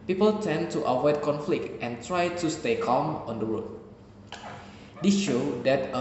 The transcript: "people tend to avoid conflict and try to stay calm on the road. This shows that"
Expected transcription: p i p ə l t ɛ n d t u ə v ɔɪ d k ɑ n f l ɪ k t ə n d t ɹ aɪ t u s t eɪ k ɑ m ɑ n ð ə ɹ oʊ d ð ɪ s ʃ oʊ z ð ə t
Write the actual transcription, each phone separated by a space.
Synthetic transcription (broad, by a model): p i p ə l t ɛ n t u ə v ɔɪ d k ɑ n f l ɪ k t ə n t ɹ aɪ t u s t eɪ k ɑ m ɑ n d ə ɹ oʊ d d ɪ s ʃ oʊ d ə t